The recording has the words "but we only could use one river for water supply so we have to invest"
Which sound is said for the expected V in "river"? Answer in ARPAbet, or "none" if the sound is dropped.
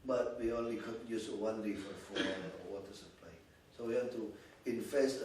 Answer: F